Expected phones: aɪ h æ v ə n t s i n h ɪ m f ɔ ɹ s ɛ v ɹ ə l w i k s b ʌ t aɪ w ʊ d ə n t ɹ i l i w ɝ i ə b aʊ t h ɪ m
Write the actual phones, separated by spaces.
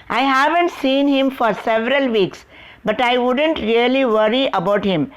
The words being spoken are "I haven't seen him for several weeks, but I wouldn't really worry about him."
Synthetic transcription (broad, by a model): aɪ h æ v ə n t s i n h ɪ m f ɔ ɹ s ɛ v ɹ ə l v i k s b ʌ t aɪ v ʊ d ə n t ɹ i l i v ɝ i ə b aʊ t h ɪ m